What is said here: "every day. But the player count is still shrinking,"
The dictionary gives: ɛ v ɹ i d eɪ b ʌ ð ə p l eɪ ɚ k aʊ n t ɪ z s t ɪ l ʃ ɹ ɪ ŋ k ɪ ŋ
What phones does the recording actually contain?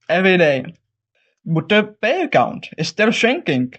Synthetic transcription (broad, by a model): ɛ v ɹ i d eɪ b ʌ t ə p eɪ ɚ k aʊ n t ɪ s t ɪ l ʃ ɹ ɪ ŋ k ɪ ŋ